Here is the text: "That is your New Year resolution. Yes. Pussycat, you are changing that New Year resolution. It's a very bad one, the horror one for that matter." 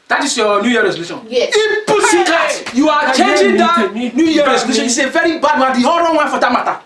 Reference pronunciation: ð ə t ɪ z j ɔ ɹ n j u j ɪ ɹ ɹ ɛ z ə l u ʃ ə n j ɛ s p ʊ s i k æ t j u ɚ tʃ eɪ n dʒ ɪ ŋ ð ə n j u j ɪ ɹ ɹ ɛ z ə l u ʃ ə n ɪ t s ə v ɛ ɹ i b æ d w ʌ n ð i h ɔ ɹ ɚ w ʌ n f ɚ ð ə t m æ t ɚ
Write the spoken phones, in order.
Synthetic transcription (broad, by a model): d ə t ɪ s j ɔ n j u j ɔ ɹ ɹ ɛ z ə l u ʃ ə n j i p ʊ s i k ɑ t j u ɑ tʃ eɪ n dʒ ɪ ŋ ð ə n j u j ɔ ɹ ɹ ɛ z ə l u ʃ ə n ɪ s ə v ɛ ɹ i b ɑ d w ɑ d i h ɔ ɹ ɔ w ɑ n f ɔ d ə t m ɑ t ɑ